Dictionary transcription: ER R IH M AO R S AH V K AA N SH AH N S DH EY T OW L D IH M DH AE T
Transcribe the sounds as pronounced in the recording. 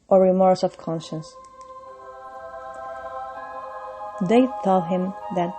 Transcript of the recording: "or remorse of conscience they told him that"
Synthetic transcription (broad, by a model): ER R IH M AO R S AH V K AA N SH AH N S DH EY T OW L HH IH M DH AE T